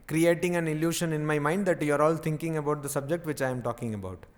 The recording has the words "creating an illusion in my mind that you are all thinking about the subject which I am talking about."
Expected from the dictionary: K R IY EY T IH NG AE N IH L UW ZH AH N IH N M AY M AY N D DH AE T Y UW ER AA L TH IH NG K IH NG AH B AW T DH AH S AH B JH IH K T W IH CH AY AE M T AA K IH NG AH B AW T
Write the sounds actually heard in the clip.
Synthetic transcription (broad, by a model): K R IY EY T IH NG AE N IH L UW SH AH N IH N M AY M AY N D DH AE T Y UW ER AA L T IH NG K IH NG AH B AW T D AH S AH B JH IH K T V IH CH AY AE M T AA K IH NG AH B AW T